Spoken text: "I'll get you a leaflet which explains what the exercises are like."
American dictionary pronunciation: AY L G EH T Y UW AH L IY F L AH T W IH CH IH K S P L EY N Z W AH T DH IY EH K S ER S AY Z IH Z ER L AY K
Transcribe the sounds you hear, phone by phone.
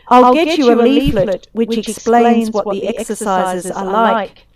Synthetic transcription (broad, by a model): AY L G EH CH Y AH AH L IY F L AH T W IH CH IH K S P L EY N Z W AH T DH IY EH K S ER S AY Z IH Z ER L AY K